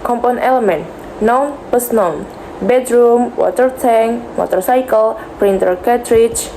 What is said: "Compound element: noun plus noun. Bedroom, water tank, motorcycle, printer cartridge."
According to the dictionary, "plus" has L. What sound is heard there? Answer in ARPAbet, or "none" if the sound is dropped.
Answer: none